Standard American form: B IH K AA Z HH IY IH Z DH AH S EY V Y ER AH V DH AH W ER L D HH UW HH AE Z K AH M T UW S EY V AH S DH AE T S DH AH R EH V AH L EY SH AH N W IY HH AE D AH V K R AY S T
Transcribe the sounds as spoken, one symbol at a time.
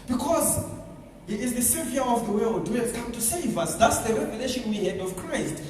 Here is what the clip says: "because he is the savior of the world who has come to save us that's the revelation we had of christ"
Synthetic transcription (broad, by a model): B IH K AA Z HH IY IH Z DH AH S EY V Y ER AH V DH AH W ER L D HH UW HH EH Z K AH M T UW S EY V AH S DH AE T S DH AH R EH V AH L EY SH AH N W IY HH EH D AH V K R AY S T